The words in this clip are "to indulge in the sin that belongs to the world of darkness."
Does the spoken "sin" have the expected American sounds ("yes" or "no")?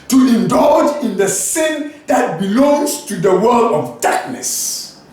yes